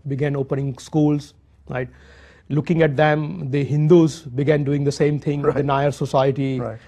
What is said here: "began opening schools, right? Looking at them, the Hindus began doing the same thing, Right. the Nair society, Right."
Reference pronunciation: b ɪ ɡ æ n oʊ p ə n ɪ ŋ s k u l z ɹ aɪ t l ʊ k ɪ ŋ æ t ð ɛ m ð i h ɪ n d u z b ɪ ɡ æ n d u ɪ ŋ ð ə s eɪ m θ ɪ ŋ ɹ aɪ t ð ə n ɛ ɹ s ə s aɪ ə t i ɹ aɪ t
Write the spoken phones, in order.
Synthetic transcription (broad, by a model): b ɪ ɡ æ n oʊ p ə n ɪ ŋ s k u l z ɹ aɪ t l ʊ k ɪ ŋ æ t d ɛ m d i h ɪ n d u z b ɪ ɡ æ n d u ɪ ŋ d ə s eɪ m t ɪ ŋ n aɪ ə ɹ s ə s aɪ ə t i